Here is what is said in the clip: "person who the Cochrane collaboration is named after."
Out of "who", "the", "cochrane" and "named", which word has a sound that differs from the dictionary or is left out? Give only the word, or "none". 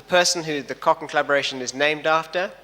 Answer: cochrane